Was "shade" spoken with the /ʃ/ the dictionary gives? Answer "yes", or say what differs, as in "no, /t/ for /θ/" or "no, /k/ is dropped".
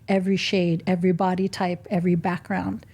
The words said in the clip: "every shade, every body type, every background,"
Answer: yes